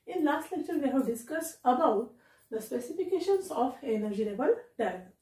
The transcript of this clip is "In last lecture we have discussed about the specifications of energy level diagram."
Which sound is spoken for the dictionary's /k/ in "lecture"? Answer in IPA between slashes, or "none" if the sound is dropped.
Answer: none